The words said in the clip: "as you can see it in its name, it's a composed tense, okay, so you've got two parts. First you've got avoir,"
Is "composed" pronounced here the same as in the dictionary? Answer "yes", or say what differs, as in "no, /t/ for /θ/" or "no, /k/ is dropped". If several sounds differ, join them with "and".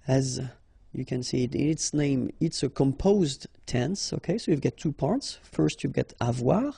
yes